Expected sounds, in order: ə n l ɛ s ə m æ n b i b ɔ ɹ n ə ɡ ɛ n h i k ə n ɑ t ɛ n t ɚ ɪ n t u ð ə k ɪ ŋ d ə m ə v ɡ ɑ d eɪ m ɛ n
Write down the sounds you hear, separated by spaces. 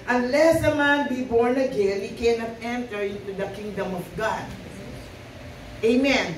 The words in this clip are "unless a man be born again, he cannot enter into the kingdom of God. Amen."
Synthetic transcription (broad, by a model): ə n l ɛ s ə m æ n b i b ɔ ɹ n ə ɡ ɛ l h i k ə n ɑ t ɛ n t ɚ ɪ n t u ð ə k ɪ ŋ d ə m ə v ɡ ɑ d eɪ m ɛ n